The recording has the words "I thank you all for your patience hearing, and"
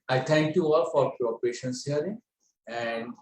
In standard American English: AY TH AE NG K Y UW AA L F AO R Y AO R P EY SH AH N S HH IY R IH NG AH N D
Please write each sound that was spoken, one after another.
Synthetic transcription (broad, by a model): AY T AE NG K Y UW AA L F AO R Y AO R P EY SH AH N S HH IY R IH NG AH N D